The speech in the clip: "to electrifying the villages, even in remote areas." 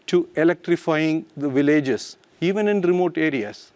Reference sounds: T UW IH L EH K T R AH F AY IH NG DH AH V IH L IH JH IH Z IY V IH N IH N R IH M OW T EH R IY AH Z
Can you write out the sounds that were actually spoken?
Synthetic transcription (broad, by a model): T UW IH L EH K T R AH F AY IH NG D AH V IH L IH JH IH S IY V IH N IH N R IH M OW T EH R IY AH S